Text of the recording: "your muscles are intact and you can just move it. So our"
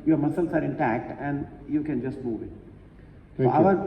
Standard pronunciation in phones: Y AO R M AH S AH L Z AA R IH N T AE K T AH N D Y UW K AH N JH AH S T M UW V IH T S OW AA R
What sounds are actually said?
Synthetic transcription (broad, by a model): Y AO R M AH S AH L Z AA R IH N T AE K T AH N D Y UW K AH N JH AH S T M UW V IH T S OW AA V